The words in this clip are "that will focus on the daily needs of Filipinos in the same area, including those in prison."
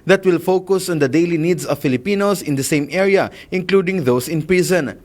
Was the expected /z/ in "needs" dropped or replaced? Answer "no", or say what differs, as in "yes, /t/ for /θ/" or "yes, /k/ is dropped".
yes, /s/ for /z/